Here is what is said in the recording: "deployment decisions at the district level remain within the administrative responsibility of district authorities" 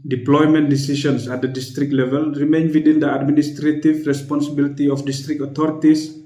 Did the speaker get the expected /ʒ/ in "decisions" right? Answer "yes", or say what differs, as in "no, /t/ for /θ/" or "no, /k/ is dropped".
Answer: no, /ʃ/ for /ʒ/